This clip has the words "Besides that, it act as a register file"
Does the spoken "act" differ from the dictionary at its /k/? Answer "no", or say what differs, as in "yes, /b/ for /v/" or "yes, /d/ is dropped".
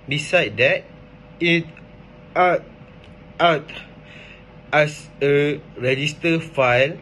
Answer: yes, /k/ is dropped